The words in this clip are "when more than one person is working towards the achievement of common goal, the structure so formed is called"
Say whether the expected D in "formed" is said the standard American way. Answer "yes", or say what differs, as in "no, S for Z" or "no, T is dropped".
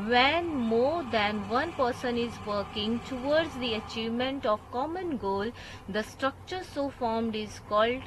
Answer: yes